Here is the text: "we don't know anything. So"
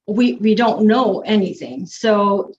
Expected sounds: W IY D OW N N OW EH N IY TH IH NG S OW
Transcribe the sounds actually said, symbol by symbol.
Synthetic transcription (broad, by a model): W IY D OW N N OW EH N IY TH IH NG S OW